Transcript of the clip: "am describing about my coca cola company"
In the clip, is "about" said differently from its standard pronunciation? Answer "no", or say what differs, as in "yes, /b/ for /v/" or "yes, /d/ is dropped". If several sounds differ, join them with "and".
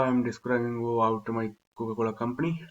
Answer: yes, /b/ is dropped